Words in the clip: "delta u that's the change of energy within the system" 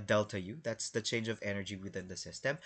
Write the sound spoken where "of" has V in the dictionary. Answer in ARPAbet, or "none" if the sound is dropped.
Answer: V